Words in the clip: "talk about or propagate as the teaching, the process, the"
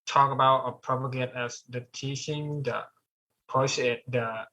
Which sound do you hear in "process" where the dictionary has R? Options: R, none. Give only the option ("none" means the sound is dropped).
none